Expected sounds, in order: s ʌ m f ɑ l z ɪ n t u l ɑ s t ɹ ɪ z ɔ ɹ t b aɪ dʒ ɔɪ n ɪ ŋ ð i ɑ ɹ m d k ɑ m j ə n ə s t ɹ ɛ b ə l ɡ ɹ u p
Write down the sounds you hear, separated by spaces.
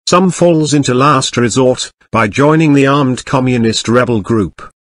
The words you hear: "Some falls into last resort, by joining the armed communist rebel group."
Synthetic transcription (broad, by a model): s ʌ m f ɑ l z ɪ n t u l ɑ s t ɹ ɪ z ɔ ɹ t b aɪ dʒ ɔɪ n ɪ ŋ ð i ɑ ɹ m d k ɑ m j ə n ə s t ɹ ɛ b ə l ɡ ɹ u p